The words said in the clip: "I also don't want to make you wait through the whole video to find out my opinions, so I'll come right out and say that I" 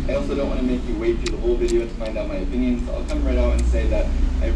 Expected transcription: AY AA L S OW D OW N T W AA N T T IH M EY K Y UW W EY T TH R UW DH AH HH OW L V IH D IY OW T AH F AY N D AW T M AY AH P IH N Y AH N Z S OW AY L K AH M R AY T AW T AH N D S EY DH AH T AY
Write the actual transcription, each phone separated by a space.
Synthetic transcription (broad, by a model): AY AA L S OW D OW N T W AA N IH M EY K Y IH W EY T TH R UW DH AH HH OW L V IH D IY OW T AH F AY N D AW T M AY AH P IH N Y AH N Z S AY L K AH M R AY T AW T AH N S EY DH AH T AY